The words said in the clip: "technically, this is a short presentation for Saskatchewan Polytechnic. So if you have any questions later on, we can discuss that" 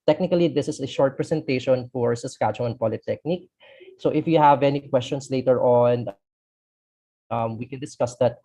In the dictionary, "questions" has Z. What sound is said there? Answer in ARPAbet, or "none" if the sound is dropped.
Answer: S